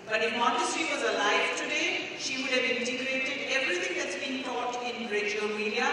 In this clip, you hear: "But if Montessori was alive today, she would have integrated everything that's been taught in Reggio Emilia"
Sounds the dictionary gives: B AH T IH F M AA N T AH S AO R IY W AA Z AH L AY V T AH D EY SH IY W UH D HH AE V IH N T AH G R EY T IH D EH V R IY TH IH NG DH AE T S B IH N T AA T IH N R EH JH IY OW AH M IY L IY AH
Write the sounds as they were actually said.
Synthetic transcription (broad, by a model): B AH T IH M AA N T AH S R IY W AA Z AH L AY V T AH D EY SH IY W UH D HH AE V IH N T AH G R EY T IH D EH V R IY T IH NG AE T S B IH N T AA T IH N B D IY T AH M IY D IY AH